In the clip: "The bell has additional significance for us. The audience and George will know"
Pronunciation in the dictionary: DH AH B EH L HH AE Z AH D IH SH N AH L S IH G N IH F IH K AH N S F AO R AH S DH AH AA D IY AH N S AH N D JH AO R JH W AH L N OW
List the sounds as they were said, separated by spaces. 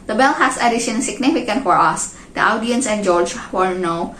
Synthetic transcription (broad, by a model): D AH B EH L HH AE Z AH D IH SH AH N S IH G N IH F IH K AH N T F AO R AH S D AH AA D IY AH N S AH N JH AO R JH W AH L N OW